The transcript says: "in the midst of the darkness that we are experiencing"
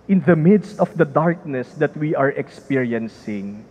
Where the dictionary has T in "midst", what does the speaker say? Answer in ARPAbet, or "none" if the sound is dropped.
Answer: T